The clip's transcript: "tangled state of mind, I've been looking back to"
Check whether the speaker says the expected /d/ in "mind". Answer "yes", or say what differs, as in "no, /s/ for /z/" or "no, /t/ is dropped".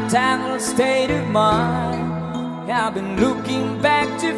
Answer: no, /d/ is dropped